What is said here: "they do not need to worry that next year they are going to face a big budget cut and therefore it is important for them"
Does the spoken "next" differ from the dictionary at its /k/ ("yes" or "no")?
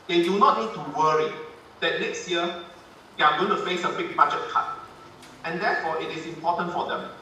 no